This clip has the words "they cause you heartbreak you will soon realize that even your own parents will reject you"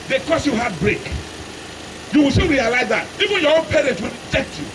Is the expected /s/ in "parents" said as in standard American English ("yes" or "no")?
no